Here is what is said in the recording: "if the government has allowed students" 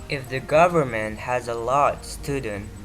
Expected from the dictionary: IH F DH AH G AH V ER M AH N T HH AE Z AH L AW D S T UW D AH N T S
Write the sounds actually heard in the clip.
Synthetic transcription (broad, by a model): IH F DH AH G AH V ER M AH N T HH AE Z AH L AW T S T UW D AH N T